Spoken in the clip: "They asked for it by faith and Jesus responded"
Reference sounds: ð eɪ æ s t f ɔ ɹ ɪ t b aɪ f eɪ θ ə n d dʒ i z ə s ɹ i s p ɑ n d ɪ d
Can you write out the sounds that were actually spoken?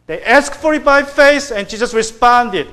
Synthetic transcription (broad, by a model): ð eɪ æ s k f ɔ ɹ ɪ t b aɪ f eɪ s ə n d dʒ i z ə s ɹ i s p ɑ n d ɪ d